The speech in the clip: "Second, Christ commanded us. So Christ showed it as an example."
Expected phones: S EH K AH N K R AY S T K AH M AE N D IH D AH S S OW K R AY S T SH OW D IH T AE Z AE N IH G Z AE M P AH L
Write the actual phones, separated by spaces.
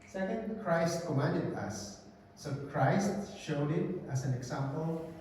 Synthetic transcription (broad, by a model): S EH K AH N K R AY S T K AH M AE N D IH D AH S S OW K R AY S T SH OW D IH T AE S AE N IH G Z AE M P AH L